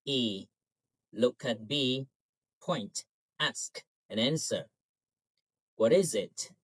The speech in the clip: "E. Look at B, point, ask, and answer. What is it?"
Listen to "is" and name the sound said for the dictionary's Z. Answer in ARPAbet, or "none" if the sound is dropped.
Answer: Z